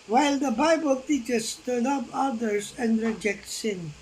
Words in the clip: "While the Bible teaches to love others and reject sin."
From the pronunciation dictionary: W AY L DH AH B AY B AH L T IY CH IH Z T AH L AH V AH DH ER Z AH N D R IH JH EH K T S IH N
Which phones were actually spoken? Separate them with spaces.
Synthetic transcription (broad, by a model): W AY L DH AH B AY B AH L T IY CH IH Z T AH N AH P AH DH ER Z AH N D R IH JH EH K T S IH N